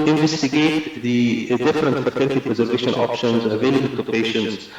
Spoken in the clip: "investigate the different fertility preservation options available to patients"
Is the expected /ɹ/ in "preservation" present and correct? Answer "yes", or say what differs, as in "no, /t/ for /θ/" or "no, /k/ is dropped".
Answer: yes